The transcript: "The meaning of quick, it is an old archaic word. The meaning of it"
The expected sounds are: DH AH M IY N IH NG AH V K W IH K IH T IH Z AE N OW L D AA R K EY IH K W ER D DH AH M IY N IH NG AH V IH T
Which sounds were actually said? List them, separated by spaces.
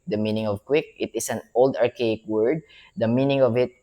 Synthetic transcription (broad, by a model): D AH M IY N IH NG AH V K W IH K IH T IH S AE N OW L D AA R K EY IH K W ER D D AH M IY N IH NG AH V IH T